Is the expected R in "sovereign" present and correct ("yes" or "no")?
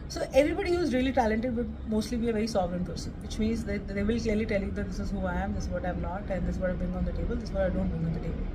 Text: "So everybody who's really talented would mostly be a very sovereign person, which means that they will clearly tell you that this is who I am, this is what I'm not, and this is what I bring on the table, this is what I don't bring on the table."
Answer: yes